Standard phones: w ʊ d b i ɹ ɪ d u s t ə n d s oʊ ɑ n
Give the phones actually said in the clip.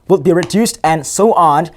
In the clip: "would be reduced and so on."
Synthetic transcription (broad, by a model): w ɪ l b i ɹ ɪ d u s t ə n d s oʊ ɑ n